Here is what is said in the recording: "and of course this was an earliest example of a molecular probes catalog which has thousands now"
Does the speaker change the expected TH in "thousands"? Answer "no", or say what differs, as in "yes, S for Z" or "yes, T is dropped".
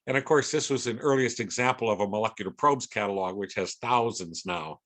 no